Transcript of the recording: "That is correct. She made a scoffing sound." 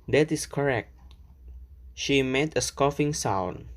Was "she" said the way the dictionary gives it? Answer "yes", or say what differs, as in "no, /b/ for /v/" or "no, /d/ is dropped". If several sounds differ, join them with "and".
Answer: yes